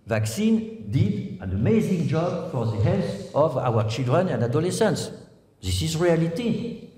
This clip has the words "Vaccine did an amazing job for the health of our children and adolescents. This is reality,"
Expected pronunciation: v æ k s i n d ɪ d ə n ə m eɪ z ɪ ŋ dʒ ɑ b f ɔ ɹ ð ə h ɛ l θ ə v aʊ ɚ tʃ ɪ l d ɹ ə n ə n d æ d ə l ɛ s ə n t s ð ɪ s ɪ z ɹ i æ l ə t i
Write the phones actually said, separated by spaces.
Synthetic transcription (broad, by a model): v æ k s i n d ɪ d ə n ə m eɪ z ɪ ŋ dʒ ɑ b f ɔ ɹ ð ə h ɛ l s ə v aʊ ɚ tʃ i l d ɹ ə n ə n d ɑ d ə l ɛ s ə n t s ð ɪ s ɪ z ɹ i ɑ l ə t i